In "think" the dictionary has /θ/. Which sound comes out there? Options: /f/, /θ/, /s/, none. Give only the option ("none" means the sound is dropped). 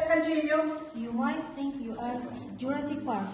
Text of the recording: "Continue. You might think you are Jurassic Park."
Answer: /s/